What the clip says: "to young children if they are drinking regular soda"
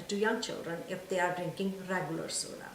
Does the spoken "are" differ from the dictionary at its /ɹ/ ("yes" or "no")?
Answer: no